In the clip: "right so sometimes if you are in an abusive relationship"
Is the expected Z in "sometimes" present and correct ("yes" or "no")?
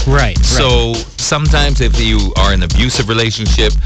yes